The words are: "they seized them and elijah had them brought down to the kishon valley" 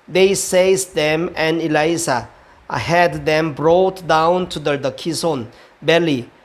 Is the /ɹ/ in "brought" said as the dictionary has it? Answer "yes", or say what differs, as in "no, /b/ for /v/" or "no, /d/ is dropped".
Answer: yes